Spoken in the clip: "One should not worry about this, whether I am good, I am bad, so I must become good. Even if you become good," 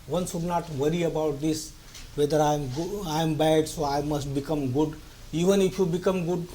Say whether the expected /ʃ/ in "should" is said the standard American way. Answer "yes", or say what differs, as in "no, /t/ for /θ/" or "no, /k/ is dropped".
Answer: no, /s/ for /ʃ/